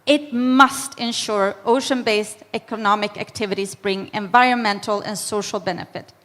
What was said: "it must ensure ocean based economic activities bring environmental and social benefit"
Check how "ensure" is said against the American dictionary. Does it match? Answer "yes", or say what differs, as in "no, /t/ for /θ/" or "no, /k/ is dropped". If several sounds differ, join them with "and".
yes